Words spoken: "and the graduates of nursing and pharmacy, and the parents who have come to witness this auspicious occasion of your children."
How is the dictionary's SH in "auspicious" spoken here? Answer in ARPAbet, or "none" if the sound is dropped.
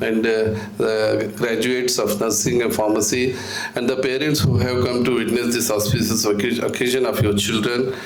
S